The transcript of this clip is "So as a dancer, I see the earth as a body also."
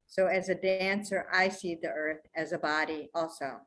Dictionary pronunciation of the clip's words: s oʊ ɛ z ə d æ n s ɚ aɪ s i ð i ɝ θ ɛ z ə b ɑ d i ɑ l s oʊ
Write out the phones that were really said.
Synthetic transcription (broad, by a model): s oʊ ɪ z ə d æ n s ɚ aɪ s i ð i ɝ θ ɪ z ə b ɑ d i ɑ l s oʊ